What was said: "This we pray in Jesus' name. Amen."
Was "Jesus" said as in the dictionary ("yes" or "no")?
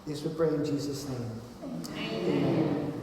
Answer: yes